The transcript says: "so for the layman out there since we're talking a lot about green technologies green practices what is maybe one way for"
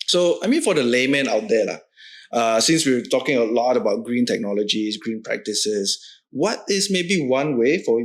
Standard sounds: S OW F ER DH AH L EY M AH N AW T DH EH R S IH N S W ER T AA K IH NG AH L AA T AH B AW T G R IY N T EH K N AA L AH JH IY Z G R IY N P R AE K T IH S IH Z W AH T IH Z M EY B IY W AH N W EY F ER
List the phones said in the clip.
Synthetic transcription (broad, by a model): S OW F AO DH AH L EY M AH N AW T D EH L S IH N S W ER T AA K IH NG AH L AA T AH B AW T G R IY N T EH K N AA L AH JH IY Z G R IY N P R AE K T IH S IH S W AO T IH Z M EY B IY W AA N W EY F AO